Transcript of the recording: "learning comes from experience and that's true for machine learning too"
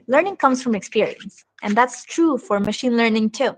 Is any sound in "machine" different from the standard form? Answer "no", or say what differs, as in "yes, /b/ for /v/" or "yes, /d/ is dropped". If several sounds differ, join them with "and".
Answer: no